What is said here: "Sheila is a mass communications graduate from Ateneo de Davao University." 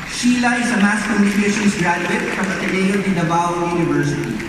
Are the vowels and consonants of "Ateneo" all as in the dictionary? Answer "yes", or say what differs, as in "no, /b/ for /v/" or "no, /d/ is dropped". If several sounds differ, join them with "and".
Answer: no, /n/ is dropped